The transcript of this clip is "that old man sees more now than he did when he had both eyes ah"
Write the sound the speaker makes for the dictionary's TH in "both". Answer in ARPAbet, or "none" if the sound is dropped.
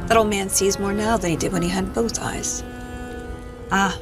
TH